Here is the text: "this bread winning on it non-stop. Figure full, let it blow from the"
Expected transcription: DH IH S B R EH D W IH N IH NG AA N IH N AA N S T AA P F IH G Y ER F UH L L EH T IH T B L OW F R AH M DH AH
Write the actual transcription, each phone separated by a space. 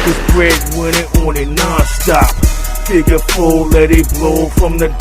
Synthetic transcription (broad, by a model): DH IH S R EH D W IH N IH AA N IH N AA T S T AA P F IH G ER P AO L L EH T IH T B L OW F R AH M DH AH